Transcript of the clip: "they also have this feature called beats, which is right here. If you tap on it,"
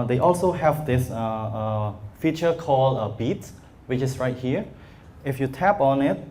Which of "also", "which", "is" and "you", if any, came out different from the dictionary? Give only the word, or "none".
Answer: is